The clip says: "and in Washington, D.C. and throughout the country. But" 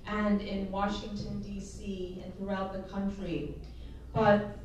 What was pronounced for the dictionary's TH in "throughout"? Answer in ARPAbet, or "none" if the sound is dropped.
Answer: TH